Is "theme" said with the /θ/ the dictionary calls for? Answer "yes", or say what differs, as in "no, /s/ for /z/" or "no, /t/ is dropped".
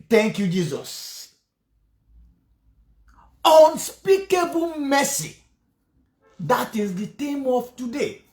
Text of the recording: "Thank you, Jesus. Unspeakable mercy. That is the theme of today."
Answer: no, /t/ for /θ/